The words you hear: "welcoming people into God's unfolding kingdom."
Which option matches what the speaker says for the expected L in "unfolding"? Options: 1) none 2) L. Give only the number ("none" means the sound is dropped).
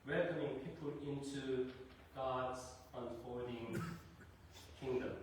1